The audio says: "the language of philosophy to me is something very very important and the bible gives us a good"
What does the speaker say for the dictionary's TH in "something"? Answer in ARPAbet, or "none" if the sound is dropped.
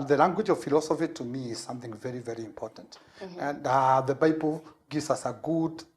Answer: TH